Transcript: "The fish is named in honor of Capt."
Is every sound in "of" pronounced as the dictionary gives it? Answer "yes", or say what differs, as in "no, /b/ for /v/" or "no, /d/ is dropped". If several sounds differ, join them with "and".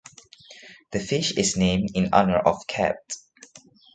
no, /f/ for /v/